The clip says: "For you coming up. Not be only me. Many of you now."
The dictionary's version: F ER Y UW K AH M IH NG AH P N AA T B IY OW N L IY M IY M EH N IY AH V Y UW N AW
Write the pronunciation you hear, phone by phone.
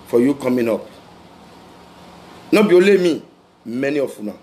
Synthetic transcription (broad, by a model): F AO Y UW K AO M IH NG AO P N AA B IY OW L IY M IY M EH N IY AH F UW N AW